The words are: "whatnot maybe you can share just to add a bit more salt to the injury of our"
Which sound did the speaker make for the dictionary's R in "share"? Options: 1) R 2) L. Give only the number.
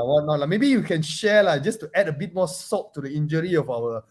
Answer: 2